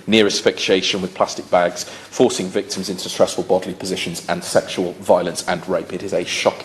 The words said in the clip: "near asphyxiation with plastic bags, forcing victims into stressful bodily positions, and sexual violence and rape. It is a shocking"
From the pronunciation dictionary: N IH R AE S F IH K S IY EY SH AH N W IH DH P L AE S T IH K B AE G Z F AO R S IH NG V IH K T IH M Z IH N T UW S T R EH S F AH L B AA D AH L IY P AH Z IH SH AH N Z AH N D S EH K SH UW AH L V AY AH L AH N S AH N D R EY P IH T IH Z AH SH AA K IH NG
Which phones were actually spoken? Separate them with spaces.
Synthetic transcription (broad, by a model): N IH R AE S F IH K SH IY EY SH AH N W IH DH P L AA S T IH K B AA G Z F AO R S IH NG V IH K T IH M Z IH N T UW S T R EH S F AH L B AA D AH L IY P AH Z IH SH AH N Z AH N S EH K SH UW AH L V AY AH L AH N S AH N R EY P IH T IH Z AH SH AA K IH